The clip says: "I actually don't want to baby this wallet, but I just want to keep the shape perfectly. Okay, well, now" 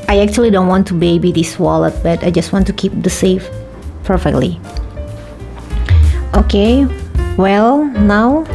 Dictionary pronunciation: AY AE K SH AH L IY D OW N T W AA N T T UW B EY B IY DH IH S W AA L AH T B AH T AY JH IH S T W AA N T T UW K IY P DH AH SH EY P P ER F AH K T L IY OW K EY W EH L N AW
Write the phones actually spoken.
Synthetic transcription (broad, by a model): AY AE K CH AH L IY D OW N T W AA N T T UW B EY B IY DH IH S W AA L AH T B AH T AY JH IH S T W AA N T T UW K IY P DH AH S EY F P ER F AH K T L IY OW K EY W EH L N AW